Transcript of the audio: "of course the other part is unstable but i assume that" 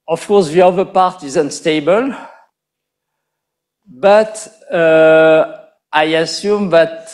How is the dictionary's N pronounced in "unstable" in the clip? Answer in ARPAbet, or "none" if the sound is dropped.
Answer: N